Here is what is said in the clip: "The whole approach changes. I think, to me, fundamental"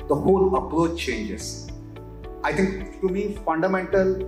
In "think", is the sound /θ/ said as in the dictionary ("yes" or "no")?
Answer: no